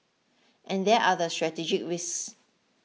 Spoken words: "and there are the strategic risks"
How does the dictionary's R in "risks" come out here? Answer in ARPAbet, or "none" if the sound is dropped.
W